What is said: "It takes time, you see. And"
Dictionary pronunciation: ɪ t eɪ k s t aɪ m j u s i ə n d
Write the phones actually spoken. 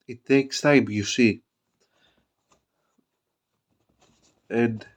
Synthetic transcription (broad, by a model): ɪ t eɪ k s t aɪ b j u s i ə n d